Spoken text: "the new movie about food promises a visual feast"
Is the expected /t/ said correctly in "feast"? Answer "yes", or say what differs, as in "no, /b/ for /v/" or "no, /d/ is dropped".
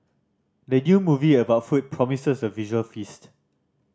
yes